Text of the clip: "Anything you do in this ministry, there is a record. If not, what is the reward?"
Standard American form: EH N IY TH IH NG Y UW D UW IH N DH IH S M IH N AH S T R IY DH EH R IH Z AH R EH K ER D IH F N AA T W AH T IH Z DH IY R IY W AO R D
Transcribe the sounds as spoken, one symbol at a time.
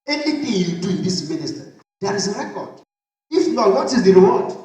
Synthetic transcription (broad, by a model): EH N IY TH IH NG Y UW D UW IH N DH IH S M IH N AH S T IY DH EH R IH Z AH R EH K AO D IH F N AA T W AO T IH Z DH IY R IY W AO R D